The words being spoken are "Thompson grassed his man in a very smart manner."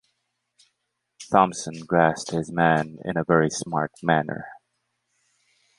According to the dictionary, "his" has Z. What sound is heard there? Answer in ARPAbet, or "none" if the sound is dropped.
Z